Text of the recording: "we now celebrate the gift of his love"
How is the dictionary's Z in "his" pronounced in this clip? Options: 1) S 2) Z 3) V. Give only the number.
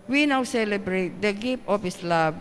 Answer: 1